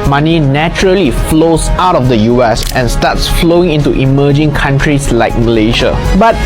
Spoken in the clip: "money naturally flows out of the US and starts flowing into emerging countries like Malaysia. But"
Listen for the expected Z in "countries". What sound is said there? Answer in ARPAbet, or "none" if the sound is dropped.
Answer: S